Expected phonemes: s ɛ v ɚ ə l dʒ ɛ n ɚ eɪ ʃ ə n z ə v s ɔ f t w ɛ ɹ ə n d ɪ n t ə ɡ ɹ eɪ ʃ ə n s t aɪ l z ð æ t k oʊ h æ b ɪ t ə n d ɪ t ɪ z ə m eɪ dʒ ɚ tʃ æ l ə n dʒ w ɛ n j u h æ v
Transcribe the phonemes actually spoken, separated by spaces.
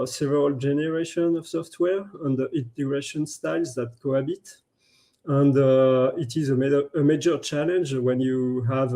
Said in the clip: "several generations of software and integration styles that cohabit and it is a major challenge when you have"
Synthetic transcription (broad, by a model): s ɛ v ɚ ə l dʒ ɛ n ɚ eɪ ʃ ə n ə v s ɔ f t w ɛ ɹ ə n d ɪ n t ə ɡ ɹ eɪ ʃ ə n s t aɪ l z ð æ t k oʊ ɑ b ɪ t ə n d ɪ t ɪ z ə m eɪ dʒ ɚ tʃ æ l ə n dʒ w ɛ n j u h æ v